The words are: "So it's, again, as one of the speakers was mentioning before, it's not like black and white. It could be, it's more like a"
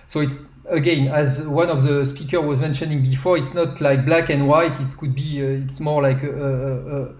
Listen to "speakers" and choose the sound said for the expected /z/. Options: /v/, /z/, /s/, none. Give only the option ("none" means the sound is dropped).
none